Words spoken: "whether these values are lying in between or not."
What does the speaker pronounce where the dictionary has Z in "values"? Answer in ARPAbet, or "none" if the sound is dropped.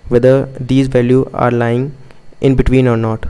none